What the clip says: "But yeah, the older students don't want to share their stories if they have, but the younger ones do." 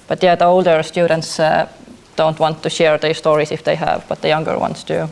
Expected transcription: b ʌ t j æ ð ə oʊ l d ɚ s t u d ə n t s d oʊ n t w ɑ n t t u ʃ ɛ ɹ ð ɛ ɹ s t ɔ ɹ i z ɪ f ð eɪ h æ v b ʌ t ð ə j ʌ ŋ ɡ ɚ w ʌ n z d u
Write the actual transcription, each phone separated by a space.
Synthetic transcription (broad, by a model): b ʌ t j æ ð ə oʊ l d ɚ s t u d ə n t s d oʊ n t w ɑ n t t u ʃ ɛ ɹ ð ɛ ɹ s t ɔ ɹ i s ɪ f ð eɪ h æ v b ʌ t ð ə j ʌ ŋ ɡ ɚ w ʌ n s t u